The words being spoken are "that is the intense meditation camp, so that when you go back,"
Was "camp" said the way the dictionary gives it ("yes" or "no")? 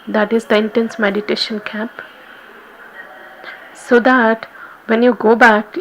no